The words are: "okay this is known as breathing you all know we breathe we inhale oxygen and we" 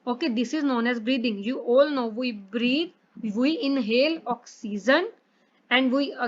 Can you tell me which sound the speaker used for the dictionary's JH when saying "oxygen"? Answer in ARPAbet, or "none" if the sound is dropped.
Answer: Z